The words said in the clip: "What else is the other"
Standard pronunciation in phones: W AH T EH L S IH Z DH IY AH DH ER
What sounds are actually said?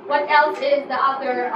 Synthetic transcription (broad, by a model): W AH T EH L S IH Z DH IY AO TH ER